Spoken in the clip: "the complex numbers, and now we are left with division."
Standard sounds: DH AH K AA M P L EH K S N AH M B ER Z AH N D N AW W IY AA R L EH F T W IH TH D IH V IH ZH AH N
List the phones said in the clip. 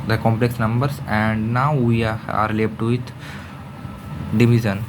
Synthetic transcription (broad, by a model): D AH K AA M P L EH K S N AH M B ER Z AH N D N AW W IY AA R L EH P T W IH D D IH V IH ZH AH N